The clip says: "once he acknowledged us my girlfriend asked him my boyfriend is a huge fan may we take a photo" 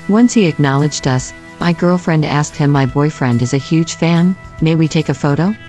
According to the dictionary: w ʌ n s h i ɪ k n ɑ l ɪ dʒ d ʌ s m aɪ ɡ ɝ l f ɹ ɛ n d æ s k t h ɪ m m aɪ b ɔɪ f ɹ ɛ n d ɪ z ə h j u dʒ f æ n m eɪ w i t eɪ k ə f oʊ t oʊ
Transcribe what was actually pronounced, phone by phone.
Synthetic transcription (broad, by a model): w ʌ n s h i ɪ k n ɑ l ɪ dʒ d ʌ s m aɪ ɡ ɝ l f ɹ ɛ n d æ s k t h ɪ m m aɪ b ɔɪ f ɹ ɛ n d ɪ z ə h j u dʒ f æ n m eɪ w i t eɪ k ə f oʊ t oʊ